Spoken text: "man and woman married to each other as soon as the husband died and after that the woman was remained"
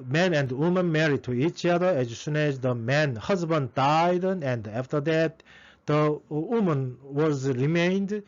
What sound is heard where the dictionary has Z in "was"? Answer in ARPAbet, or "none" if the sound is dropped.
Z